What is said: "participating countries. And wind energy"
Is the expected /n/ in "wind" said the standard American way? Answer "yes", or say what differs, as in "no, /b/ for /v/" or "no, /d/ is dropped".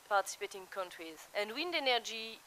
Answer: yes